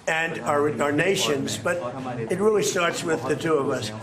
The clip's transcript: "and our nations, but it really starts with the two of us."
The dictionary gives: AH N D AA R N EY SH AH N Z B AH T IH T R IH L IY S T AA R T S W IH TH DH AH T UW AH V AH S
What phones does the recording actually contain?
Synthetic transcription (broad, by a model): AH N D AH R N EY SH AH N Z B AH T IH T R IH L IY S T AA R T S W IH DH AH T UW AH V AH S